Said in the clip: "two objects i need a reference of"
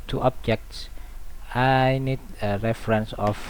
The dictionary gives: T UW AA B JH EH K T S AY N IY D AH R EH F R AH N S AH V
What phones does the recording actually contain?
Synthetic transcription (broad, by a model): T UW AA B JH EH K T S AY N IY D AH R EH F R AH N S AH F